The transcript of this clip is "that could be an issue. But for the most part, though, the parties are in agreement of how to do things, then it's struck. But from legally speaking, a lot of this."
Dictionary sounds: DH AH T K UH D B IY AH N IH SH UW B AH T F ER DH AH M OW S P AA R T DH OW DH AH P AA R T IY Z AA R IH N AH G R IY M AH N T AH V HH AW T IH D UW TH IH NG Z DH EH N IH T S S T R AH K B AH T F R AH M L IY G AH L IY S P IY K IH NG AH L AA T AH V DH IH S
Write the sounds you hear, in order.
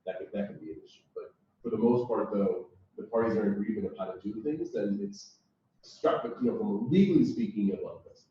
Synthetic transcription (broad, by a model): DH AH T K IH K B IY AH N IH S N B AH T F ER DH AH M OW S P AA R T DH OW DH AH P AA R T IY Z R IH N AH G R IY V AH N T AH V HH AW T IH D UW TH IH NG Z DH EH N IH T S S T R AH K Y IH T F R AH M L IY G L IY S P IY K IH NG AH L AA AH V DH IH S